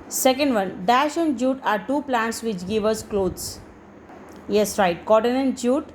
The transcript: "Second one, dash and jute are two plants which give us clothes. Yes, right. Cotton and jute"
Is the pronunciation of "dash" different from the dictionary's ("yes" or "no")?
no